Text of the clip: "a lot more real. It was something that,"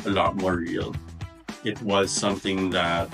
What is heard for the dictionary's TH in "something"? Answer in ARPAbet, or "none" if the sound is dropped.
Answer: TH